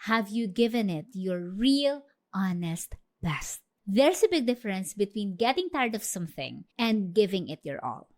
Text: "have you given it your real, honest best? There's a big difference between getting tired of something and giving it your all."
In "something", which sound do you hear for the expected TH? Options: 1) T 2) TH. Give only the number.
2